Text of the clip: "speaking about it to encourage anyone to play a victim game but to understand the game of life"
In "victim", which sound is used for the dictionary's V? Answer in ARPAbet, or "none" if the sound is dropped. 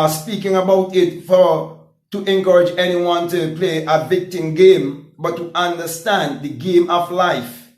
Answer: V